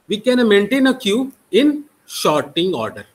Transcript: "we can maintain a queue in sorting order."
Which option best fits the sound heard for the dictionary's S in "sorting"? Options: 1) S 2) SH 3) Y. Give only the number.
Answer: 2